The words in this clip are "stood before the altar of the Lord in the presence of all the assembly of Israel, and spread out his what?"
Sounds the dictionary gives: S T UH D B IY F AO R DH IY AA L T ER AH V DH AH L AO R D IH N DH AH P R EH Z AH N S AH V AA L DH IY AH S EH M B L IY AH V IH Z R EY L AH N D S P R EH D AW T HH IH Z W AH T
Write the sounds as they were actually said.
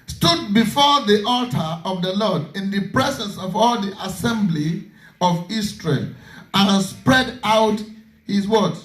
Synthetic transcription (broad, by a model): S T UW D B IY F AO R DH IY AA L T ER AH V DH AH L AO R D IH N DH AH P R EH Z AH N S AH V AA L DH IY AH S EH M B L IY AH V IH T R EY L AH N S P R EH D AW T HH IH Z W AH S